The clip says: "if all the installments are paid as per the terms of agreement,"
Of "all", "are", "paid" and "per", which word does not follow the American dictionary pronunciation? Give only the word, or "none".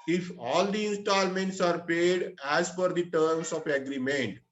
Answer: per